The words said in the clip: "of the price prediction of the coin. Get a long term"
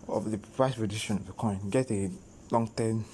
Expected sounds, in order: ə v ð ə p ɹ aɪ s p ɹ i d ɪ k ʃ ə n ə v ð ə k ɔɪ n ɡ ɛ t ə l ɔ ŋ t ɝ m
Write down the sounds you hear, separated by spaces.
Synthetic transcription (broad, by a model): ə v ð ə p ɹ aɪ s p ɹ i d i ʃ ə n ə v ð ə k ɔɪ n ɡ ɛ t ə l ɔ ŋ t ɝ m